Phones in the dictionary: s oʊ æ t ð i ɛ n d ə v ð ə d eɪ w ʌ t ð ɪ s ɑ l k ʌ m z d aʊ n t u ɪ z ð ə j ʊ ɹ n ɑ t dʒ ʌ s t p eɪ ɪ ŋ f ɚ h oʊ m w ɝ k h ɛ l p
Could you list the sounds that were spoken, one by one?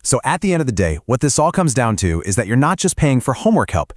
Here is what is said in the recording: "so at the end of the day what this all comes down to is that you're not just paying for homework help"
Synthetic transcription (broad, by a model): s oʊ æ t ð i ɛ n d ə v ð ə d eɪ w ʌ t ð ɪ s ɑ l k ʌ m z d aʊ n t u ɪ z ð ə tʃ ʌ ɹ n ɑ t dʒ ʌ s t p eɪ ɪ ŋ f ɚ h oʊ m w ɝ k h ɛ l p